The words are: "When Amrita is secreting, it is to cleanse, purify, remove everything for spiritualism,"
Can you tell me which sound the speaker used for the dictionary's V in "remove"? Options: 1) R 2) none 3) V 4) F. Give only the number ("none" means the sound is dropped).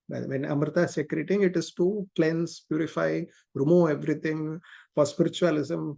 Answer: 2